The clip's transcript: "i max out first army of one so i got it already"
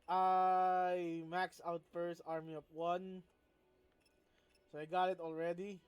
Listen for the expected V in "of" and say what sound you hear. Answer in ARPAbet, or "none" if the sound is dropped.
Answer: P